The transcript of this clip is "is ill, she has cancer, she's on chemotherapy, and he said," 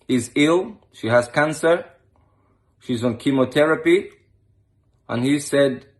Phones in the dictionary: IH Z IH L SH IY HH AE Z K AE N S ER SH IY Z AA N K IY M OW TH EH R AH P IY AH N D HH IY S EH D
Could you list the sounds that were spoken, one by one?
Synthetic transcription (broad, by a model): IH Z IH L SH IY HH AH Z K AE N S ER SH IY Z N K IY M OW T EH R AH P IY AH N HH IY S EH D